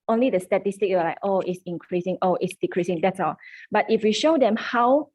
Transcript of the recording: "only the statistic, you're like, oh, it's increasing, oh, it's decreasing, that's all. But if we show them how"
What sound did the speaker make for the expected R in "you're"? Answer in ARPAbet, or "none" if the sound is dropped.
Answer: W